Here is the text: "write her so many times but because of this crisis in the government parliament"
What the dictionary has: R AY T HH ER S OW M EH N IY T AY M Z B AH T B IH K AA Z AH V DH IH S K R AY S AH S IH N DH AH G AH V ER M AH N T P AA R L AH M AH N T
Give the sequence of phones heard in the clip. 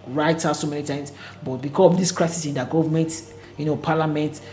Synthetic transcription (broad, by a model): R AY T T S OW M EH N IY T AY M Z B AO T B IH K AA S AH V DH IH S K R AY S AH S IH N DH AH G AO V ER M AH N T P AA L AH M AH N T